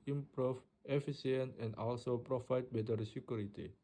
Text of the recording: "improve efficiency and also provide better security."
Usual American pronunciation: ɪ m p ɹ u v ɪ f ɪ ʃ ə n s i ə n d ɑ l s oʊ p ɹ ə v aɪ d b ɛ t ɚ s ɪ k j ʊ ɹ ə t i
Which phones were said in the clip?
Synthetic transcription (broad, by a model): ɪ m p ɹ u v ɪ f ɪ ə s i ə n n ɑ l s oʊ p ɹ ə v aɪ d b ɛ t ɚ s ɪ k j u ɹ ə t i